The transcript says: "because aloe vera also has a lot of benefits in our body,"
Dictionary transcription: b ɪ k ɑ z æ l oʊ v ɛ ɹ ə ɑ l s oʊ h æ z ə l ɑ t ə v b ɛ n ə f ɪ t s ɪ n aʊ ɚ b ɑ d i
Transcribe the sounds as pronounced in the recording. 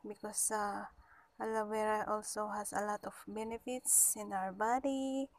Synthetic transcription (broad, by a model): b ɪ k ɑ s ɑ l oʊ w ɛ ɹ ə ɑ l s oʊ h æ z ə l ɑ t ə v b ɛ n ə f ɪ t s ɪ n aʊ ɚ b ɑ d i